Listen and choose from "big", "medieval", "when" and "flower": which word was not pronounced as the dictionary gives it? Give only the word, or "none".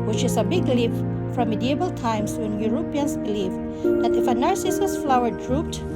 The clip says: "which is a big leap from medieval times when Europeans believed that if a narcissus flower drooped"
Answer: medieval